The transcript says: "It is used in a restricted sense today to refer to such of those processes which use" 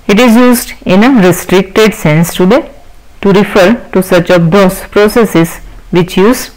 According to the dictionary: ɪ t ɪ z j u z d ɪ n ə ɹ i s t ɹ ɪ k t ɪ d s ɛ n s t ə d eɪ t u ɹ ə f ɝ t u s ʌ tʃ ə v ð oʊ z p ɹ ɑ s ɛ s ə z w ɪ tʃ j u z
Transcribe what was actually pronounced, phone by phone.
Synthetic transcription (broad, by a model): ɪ t ɪ z j u z d ɪ n ə ɹ i s t ɹ ɪ k t ɪ d s ɛ n s t ə d eɪ t u ɹ ə f ɝ t u s ʌ tʃ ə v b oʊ s p ɹ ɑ s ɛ s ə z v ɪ tʃ j u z